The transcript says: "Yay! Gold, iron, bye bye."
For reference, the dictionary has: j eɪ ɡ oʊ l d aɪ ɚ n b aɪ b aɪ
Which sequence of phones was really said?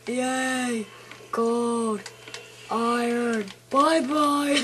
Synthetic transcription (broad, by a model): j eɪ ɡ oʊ d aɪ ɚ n b aɪ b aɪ